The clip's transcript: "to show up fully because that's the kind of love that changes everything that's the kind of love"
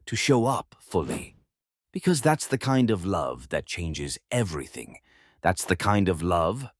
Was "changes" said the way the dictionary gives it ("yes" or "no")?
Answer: yes